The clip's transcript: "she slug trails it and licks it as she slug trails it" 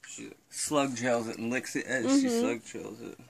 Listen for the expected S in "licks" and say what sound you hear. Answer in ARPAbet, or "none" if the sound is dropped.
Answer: S